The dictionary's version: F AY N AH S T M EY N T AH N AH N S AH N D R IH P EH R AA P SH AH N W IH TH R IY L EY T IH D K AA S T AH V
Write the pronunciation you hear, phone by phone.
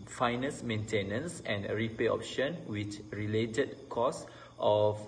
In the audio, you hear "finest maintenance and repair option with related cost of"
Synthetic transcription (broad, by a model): F AY N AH S M EY N T AH N AH N S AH N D R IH P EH AA P SH AH N W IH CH R IY L EY T IH D K AA S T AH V